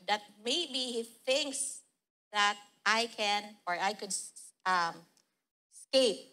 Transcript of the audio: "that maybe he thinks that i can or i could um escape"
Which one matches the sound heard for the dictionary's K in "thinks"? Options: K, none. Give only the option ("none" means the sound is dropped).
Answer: K